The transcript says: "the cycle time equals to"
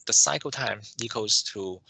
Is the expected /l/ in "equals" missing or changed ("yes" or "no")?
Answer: yes